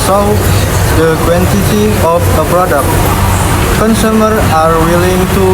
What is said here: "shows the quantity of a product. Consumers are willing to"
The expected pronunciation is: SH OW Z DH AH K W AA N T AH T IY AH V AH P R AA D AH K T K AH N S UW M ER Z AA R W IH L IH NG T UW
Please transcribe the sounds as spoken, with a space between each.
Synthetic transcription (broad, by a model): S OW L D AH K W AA N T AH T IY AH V AH P R AA D AH K T K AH N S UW M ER AA R W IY L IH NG T UW